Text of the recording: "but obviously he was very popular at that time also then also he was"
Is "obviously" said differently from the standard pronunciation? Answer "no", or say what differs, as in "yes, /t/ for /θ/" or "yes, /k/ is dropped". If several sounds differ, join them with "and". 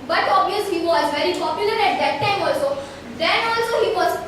yes, /l/ is dropped